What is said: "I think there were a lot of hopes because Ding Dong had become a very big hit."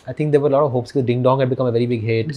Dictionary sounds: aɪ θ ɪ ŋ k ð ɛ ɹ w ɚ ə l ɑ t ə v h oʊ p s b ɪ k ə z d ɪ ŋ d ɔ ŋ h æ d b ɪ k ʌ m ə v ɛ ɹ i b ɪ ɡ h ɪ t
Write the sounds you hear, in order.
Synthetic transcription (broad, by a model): aɪ t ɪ ŋ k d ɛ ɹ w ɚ ə l ɑ t ə v h oʊ p s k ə d ɪ ŋ d ɔ ŋ h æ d b ɪ k ʌ m ə v ɛ ɹ i b ɪ ɡ h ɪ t